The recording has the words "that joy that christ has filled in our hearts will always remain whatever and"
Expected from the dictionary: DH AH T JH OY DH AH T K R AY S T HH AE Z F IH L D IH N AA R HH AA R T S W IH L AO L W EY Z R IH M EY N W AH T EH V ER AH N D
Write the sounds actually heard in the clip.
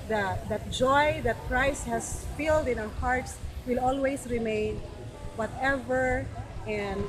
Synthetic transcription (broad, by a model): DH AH T JH OY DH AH T K R AY S T HH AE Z F IH L D IH N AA W HH AA R T S W IH L AO L W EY S R IH M EY N W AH T EH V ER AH N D